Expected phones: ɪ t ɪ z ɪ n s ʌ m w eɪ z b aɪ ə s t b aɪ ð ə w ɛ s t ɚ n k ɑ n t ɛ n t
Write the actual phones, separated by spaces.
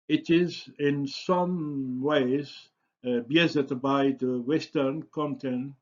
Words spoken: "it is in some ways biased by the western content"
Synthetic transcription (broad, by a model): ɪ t ɪ z ɪ n s ʌ m w eɪ z b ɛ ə t b aɪ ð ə w ɛ s t ɚ n k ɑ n t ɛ n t